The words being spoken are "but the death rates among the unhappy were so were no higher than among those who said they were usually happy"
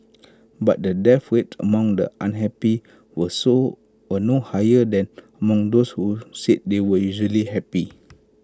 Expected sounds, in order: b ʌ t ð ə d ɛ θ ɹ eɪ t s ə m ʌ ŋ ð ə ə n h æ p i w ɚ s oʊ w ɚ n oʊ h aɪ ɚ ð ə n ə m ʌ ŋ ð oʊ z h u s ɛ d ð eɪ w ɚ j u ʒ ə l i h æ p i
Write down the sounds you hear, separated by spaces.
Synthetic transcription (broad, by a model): b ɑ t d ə d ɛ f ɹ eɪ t ə m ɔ ŋ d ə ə n h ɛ p i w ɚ s oʊ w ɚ n oʊ h aɪ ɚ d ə n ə m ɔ ŋ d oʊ s h u s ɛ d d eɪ w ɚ j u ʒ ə l i h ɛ p i